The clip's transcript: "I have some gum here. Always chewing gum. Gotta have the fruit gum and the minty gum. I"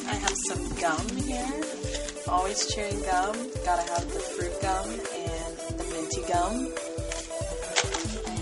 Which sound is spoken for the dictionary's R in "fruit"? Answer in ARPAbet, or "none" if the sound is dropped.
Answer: R